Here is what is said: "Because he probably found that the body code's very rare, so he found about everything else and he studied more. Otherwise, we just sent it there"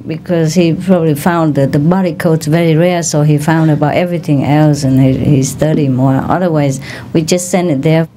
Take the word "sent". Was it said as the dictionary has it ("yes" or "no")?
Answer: no